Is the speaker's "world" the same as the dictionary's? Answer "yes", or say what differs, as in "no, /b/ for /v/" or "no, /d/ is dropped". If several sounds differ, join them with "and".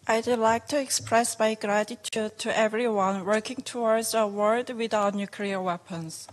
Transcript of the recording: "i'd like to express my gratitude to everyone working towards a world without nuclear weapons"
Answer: no, /l/ is dropped